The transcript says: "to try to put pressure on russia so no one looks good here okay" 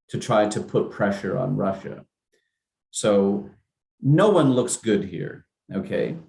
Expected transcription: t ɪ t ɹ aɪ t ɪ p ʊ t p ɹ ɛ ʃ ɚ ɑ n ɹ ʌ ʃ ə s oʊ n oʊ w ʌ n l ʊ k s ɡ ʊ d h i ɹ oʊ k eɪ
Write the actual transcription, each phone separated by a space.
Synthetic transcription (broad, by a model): t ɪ t ɹ aɪ t ɪ p ʊ t p ɹ ɛ ʃ ɚ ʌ n ɹ ʌ ʃ ə s oʊ n oʊ w ʌ n l ʊ k s ɡ ʊ d h i ɹ oʊ k eɪ